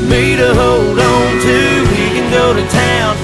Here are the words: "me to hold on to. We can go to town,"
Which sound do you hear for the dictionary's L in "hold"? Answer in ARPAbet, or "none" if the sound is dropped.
none